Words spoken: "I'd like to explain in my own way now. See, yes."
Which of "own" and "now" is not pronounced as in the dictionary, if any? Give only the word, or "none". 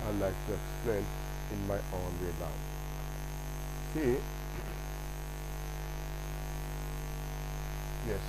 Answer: now